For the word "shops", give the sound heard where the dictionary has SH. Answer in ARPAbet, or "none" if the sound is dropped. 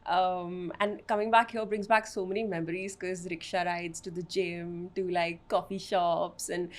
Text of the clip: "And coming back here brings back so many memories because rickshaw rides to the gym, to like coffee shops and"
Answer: SH